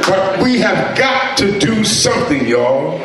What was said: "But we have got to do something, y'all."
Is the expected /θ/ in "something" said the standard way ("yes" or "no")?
yes